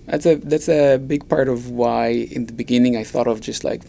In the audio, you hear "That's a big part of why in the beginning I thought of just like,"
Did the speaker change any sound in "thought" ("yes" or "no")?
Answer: no